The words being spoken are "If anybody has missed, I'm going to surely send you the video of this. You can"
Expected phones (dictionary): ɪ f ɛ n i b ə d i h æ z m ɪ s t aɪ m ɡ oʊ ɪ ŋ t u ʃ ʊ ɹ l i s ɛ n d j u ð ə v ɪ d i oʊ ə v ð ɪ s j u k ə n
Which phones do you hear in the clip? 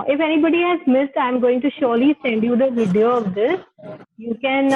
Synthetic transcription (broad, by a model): ɪ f ɛ n i b ə d i h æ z m ɪ s t aɪ m ɡ oʊ ɪ ŋ t u ʃ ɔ ɹ l i s ɛ n d j u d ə v ɪ d i oʊ ə v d ɪ s j u k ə n